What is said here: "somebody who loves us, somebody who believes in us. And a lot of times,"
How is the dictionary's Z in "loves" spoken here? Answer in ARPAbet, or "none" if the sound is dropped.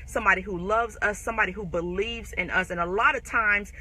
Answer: Z